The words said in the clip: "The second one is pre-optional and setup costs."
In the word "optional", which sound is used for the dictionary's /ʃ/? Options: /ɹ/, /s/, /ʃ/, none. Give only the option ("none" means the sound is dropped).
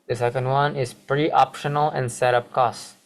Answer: /ʃ/